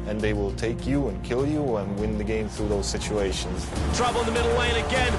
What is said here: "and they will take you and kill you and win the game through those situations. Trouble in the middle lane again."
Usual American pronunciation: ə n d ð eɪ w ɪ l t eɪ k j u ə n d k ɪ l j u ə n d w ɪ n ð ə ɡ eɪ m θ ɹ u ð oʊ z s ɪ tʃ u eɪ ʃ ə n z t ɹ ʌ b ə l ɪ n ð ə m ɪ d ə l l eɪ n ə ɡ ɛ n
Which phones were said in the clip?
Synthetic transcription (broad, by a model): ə n ð eɪ w ɪ l t eɪ k j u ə n k ɪ l j u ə n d w ɪ n ð ə ɡ eɪ m θ ɹ u ð oʊ z s ɪ tʃ u eɪ ʃ ə n z t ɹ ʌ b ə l ɪ n ð ə m ɪ d l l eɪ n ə ɡ ɛ n